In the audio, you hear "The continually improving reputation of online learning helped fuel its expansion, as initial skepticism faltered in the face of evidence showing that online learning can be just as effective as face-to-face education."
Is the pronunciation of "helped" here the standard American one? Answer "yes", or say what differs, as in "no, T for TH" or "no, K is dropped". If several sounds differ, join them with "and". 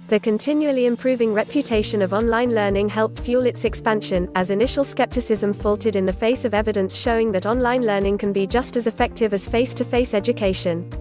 yes